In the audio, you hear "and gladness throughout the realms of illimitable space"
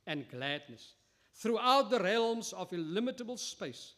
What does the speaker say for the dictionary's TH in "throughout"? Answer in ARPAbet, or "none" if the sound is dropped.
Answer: TH